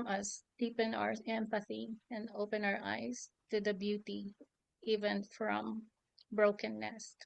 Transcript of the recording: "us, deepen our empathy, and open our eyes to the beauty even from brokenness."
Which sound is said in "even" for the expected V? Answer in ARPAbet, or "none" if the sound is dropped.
V